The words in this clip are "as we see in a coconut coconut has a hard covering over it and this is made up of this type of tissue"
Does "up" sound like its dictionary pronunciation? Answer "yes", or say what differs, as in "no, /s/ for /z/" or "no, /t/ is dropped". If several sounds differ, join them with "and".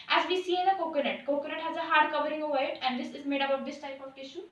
no, /b/ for /p/